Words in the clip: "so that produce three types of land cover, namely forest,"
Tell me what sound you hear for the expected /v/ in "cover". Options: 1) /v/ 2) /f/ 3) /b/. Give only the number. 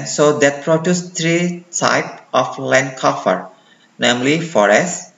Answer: 2